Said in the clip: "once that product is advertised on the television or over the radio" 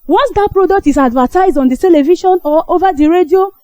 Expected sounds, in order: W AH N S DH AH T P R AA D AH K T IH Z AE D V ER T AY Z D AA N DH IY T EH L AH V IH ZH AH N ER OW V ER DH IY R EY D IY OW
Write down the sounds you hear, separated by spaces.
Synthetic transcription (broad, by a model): W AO N S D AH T P R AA D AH K T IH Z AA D V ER T AY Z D AA N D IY T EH L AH V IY SH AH N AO OW V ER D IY R EY D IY OW